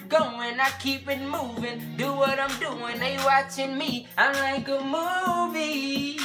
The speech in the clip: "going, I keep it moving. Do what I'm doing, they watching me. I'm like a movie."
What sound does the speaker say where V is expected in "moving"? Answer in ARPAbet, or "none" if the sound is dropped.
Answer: V